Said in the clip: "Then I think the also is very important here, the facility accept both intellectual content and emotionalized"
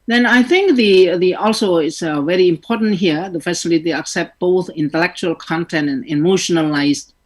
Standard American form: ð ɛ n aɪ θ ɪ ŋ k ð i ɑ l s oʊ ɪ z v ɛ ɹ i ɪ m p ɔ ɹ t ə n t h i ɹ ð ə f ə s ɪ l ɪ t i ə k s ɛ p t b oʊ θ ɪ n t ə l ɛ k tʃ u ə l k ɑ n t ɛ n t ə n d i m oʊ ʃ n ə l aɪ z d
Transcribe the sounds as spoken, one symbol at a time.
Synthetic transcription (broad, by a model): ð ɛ n aɪ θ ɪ ŋ k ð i ɑ l s oʊ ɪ s v ɛ ɹ i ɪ m p ɔ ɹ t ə n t h i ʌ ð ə f ə s ɪ l ɪ t i ə k s ɛ p t b oʊ θ ɪ n t ə l ɛ k tʃ u ə l k ɑ n t ɛ n t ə n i m oʊ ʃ n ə l aɪ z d